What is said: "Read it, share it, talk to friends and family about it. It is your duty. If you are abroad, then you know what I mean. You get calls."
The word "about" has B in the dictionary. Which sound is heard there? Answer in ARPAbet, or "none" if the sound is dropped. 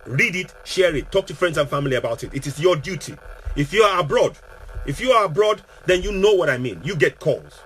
B